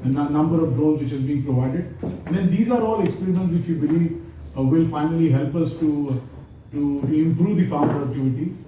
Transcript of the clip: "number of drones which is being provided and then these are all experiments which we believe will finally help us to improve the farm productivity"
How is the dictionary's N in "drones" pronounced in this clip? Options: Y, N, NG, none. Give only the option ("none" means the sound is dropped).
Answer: none